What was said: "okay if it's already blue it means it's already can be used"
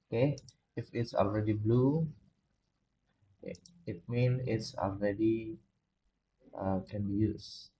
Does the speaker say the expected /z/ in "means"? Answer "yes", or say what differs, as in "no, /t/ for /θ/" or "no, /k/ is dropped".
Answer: no, /z/ is dropped